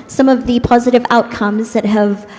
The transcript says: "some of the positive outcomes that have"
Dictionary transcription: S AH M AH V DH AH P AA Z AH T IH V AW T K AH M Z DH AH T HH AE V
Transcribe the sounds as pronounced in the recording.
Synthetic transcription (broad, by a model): S AH M AH V DH AH P AA Z AH T IH V AW T K AH M Z DH AH T HH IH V